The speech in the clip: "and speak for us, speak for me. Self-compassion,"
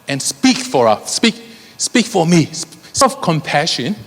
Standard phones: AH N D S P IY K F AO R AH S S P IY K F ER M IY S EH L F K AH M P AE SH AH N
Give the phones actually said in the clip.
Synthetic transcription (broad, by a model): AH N S P IY K F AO R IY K S P IY K F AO M IY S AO F K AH M P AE SH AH N